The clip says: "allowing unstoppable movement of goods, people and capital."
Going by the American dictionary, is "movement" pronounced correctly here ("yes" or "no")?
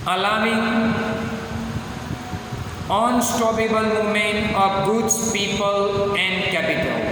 no